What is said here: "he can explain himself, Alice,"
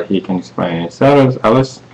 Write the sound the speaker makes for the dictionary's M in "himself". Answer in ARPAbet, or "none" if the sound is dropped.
none